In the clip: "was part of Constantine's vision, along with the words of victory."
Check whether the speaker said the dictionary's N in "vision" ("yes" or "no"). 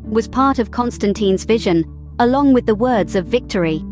yes